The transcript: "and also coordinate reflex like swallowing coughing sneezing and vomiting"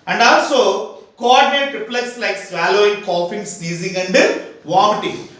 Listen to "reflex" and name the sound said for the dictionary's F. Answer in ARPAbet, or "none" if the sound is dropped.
P